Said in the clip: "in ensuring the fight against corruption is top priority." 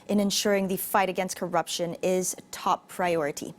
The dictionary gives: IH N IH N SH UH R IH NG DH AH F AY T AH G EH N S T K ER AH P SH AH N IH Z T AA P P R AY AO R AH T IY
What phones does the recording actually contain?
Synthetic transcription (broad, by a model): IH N IH N SH UH R IH NG DH AH F AY T AH G EH N S T K ER AH P SH AH N IH Z T AA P P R AY AO R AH T IY